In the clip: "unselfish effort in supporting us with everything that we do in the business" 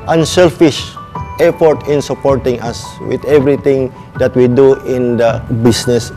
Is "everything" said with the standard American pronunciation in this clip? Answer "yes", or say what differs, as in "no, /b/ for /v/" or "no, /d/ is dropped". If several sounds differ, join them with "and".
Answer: no, /t/ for /θ/